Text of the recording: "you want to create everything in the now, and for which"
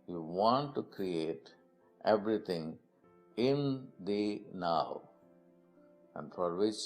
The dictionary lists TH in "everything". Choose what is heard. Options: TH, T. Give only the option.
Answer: T